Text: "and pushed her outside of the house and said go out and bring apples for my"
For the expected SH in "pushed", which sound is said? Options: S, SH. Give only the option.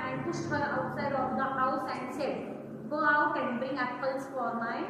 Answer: S